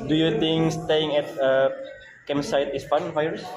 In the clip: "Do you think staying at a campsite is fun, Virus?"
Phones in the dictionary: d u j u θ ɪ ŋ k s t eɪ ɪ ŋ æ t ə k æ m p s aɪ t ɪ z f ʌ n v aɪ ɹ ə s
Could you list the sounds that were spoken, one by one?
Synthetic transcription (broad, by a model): d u j u t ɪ ŋ s t eɪ ɪ ŋ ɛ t ə k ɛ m s aɪ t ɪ s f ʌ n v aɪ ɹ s